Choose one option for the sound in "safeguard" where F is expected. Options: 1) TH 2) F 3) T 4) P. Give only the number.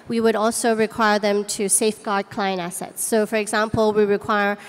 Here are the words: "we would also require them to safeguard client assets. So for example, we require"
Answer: 2